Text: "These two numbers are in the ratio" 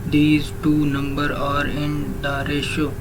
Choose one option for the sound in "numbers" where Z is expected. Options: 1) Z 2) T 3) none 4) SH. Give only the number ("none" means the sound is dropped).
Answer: 3